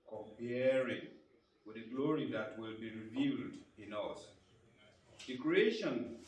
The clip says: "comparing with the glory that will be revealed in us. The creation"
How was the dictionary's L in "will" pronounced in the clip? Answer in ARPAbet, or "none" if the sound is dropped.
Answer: L